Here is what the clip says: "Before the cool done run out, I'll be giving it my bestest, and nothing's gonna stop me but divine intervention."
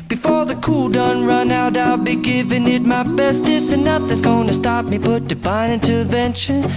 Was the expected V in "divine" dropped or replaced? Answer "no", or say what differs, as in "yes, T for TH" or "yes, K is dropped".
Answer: yes, B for V